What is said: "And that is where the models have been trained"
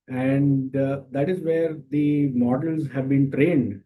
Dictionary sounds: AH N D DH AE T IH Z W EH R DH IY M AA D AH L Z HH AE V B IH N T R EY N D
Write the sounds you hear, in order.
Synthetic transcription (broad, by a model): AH N D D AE T IH Z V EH R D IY M AA D AH L Z HH AE V B IH N T R EY N D